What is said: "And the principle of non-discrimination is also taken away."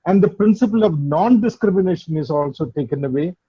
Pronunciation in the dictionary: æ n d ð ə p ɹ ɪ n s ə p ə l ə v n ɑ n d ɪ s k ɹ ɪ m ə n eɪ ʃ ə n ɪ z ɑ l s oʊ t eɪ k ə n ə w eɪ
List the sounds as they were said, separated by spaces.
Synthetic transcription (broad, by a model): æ n d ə p ɹ ɪ n s ə p ə l ə v n ɑ n d ɪ s k ɹ ɪ m ə n eɪ ʃ ə n ɪ z ɑ l s oʊ t eɪ k ə n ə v eɪ